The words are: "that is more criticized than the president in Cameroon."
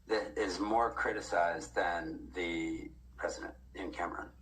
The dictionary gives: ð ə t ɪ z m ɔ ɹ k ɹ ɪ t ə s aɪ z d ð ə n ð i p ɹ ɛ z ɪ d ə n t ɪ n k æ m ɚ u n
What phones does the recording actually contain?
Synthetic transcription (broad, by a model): ð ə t ɪ z m ɔ ɹ k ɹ ɪ t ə s aɪ z ð ə n ð i p ɹ ɛ z ɪ d ə n t ɪ n k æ m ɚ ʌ n